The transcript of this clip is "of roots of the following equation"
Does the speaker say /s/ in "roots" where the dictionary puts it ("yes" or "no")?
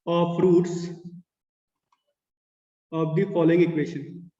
yes